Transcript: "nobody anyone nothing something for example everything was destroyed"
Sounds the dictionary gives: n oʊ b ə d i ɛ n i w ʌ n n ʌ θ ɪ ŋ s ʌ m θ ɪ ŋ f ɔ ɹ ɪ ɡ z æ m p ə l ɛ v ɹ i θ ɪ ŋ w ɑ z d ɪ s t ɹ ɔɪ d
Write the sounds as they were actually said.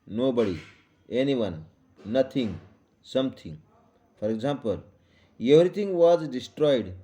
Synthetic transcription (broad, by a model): n oʊ b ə d i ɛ n i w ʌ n n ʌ t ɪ ŋ s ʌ m t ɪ ŋ f ɔ ɹ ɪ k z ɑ m p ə l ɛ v ɹ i t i ŋ w ɑ z d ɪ s t ɹ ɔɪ d